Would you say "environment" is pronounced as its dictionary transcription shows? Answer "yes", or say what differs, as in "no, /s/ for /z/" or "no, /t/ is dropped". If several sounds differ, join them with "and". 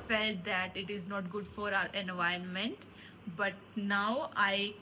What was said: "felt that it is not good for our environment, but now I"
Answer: no, /ɹ/ is dropped